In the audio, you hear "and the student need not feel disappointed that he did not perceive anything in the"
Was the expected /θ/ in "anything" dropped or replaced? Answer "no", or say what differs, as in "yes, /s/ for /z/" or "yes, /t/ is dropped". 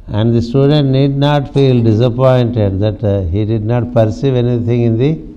yes, /t/ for /θ/